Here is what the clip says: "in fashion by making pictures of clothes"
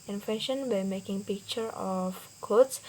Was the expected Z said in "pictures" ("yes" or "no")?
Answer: no